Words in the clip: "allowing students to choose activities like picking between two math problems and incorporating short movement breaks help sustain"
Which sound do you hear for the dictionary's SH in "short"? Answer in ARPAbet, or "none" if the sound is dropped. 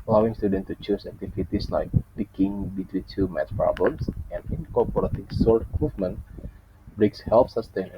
S